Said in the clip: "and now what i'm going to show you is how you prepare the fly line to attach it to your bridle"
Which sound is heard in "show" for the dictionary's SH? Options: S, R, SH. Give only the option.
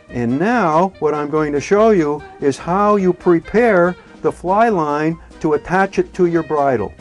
SH